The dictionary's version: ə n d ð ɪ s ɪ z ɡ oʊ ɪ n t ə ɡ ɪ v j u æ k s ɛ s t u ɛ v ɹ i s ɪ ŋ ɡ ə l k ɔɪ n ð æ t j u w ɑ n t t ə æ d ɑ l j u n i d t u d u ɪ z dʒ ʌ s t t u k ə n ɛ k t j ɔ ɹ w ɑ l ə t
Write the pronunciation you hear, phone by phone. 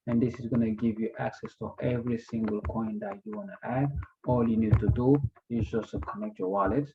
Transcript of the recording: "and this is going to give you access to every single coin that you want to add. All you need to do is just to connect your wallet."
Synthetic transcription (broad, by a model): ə n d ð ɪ s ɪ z ɡ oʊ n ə ɡ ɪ v j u æ k s ɛ s t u ɛ v ɹ i s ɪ ŋ ɡ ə l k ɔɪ n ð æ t j u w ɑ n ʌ t æ d ɑ l j u n i d t u d u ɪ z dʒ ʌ s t t u k ə n ɛ k t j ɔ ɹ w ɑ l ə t